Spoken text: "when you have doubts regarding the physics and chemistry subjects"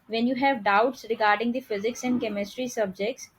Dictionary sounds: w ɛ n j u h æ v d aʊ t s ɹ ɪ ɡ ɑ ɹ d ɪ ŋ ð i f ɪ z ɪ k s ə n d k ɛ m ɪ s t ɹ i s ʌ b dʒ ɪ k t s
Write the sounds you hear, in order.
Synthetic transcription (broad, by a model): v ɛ n j u h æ v d aʊ t s ɹ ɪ ɡ ɑ ɹ d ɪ ŋ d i f ɪ z ɪ k s ə n d k ɛ m ɪ s t ɹ i s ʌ b dʒ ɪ k t s